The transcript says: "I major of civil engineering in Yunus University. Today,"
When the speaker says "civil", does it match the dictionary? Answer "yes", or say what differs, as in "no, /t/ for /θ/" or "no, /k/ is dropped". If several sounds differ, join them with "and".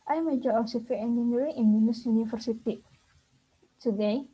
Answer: no, /f/ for /v/